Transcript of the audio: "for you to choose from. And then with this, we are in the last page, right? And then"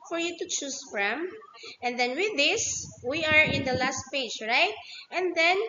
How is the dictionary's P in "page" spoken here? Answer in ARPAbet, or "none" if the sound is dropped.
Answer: P